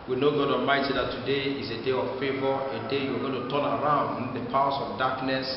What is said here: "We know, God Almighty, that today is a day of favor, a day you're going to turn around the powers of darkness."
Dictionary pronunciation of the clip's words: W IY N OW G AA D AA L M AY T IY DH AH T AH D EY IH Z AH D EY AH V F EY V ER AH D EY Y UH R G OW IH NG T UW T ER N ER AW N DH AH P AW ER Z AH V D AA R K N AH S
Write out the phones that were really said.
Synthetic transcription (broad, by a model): W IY N OW G AA D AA M AY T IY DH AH T AH D EY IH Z AH D EY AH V F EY V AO AH D EY Y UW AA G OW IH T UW T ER N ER AW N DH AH P AW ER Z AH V D AA K N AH S